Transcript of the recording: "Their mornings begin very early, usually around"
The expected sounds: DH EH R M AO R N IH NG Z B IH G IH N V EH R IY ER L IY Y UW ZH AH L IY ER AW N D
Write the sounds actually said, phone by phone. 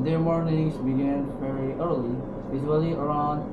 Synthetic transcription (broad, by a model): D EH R M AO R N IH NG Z B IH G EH N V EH R IY ER L IY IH Z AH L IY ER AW N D